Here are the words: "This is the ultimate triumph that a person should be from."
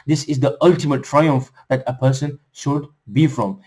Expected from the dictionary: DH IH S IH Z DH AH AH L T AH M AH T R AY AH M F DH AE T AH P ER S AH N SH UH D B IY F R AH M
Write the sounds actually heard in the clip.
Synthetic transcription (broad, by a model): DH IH S IH Z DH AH AH L T AH M AH T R AY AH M F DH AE T AH P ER S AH N SH UH D B IY F R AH M